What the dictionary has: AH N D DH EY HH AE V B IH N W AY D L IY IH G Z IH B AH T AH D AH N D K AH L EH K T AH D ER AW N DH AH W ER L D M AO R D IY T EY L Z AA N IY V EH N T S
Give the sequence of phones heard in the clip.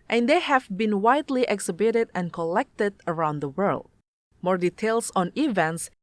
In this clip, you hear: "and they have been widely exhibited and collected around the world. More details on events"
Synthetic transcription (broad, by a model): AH N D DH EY HH AE V B IH N W AY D L IY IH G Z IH B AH T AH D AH N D K AH L EH K T AH D ER AW N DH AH W ER L D M AO R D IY T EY L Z AA N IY V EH N T S